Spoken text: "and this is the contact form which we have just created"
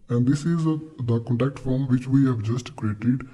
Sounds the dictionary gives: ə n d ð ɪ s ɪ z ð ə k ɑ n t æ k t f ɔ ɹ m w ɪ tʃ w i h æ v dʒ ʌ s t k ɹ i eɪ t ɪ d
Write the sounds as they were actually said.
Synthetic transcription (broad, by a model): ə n d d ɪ s ɪ z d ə k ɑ n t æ k t f ɔ ɹ m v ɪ tʃ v i h æ v dʒ ʌ s t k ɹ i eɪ t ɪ d